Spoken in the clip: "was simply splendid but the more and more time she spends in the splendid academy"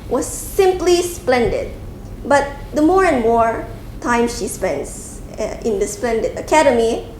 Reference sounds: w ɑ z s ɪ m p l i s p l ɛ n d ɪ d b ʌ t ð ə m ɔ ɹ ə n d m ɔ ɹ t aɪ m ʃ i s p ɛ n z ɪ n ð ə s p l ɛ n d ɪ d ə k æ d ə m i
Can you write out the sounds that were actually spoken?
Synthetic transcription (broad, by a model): w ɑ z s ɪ m p l i s p l ɛ n d ɪ d b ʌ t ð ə m ɔ ɹ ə n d m ɔ ɹ t aɪ m ʃ i s p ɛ n s ɪ n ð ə s p l ɛ n d ɪ d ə k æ d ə m i